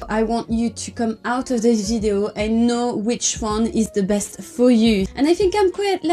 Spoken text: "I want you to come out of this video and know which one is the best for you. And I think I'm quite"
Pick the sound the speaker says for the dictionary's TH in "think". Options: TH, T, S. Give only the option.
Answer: TH